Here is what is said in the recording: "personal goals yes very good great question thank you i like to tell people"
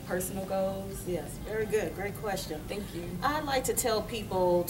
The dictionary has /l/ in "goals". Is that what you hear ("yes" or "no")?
no